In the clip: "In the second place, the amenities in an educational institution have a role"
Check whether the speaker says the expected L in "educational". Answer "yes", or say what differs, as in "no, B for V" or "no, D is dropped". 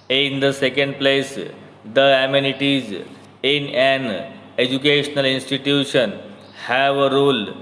yes